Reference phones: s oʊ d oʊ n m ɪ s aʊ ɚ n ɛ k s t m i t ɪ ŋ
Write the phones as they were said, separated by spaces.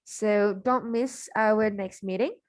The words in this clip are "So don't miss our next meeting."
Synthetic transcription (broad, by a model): s oʊ d oʊ n m ɪ s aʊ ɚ n ɛ k s t m i t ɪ ŋ